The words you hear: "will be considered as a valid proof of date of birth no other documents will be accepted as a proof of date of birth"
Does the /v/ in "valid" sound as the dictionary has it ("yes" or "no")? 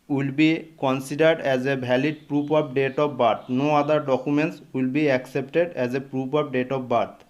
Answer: no